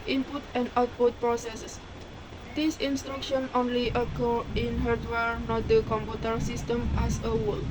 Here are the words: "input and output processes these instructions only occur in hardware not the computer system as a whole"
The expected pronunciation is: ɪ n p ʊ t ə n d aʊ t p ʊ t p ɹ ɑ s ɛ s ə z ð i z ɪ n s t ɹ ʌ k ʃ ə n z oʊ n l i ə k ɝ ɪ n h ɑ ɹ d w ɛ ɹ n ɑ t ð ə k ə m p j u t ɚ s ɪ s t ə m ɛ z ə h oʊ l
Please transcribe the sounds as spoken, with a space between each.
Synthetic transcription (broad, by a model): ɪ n p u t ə n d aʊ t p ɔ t p ɹ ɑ s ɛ s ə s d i s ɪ n s t ɹ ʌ k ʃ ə n oʊ n l i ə k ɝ ɪ n h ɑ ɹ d w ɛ ɹ n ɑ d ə k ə m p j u t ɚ s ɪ s t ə m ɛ s ə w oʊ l